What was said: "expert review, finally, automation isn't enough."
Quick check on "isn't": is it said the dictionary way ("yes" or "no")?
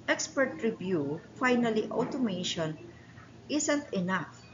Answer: no